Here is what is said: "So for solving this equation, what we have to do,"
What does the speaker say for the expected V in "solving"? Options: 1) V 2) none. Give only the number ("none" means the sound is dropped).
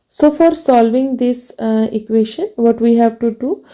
1